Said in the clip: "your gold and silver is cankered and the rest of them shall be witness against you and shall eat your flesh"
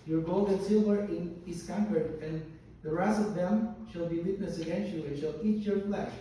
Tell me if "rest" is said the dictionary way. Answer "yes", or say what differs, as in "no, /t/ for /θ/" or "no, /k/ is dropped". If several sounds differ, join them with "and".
no, /t/ is dropped